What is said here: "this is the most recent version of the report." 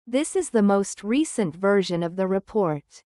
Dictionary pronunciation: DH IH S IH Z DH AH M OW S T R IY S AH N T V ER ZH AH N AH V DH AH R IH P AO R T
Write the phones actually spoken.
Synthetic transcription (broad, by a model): DH IH S IH Z DH AH M OW S T R IY S AH N T V ER ZH AH N AH V DH AH R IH P AO R T